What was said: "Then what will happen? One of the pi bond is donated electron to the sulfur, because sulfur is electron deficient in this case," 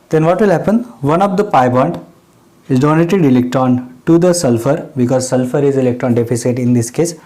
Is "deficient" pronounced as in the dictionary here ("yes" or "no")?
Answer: no